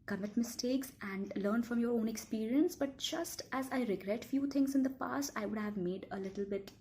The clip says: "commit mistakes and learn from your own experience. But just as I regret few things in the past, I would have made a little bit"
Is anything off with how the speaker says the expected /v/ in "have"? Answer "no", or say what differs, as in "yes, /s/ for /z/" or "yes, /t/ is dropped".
no